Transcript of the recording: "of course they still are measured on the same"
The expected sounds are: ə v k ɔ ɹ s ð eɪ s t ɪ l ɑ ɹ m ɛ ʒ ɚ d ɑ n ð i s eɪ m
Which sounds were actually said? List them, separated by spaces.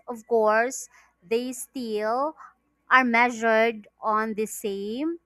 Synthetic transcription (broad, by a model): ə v k ɔ ɹ s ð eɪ s t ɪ l ɑ ɹ m ɛ ʒ ɚ d ɑ n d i s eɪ m